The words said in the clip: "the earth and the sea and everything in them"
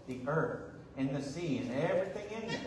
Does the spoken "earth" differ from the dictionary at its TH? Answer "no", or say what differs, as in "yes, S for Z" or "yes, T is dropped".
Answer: no